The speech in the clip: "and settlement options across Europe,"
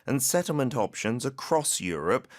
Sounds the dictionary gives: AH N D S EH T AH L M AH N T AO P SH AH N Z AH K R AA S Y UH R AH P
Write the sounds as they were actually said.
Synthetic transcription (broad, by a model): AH N S EH T L M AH N T AO P SH AH N Z AH K R AA S Y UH R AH P